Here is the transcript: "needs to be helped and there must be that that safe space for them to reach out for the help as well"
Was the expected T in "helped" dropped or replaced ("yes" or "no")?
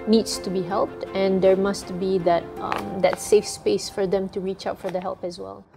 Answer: no